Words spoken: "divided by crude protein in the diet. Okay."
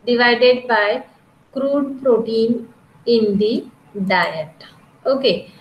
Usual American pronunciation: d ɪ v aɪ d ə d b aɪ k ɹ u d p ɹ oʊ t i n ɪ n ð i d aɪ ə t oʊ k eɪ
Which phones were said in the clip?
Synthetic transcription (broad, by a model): d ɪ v aɪ d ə d b aɪ k ɹ u d p ɹ oʊ t i n ɪ n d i d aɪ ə t oʊ k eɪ